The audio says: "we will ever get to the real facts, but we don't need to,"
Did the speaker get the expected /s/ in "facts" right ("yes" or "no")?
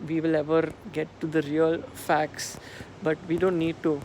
yes